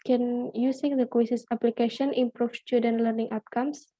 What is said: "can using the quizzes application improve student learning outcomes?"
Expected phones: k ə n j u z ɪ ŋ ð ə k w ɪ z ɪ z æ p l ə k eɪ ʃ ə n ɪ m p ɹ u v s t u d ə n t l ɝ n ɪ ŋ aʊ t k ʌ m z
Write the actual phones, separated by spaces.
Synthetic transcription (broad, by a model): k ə n j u s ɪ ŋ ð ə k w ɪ s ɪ s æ p l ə k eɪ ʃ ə n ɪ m p ɹ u f s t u d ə n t l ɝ n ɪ ŋ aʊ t k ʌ m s